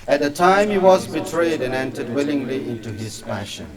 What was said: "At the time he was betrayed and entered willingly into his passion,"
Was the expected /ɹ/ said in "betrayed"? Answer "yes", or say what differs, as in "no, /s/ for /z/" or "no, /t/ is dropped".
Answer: yes